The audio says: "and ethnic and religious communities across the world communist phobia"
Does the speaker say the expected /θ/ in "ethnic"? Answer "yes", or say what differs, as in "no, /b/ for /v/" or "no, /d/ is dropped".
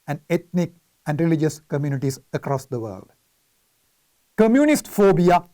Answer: no, /t/ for /θ/